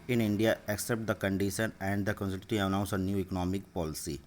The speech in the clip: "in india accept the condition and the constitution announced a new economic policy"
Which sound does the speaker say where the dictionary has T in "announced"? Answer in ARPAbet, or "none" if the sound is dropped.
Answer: none